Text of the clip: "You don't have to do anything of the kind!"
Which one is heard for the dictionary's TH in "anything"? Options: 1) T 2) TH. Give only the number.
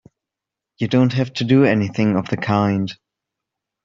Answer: 2